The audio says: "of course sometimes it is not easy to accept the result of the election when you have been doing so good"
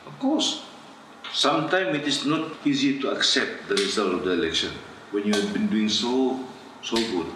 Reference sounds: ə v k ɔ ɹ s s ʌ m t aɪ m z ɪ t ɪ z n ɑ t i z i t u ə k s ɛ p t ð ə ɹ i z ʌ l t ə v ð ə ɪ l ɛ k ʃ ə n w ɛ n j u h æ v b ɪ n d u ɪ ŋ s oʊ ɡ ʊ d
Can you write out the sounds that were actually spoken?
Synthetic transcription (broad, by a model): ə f k ɔ s s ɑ m t aɪ m ɪ t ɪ s n ɑ t i z i t u ə k s ɛ p t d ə ɹ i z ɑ l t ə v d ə ɪ l ɛ k ʃ ə n w ɛ n j u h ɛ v b ɪ n d u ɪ ŋ s oʊ ɡ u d